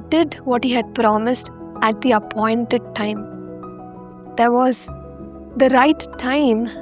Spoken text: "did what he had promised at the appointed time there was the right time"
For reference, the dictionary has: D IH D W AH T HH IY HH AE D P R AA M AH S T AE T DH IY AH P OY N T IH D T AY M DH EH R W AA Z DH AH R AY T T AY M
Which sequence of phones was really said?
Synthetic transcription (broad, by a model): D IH D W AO T HH IY HH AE D P R AA M AH S T AE T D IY AH P OY N T IH D T AY M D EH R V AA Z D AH R AY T T AY M